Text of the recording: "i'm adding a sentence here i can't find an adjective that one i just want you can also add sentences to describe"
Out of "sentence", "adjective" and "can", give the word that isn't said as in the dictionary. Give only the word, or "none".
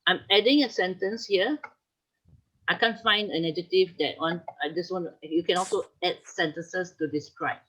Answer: adjective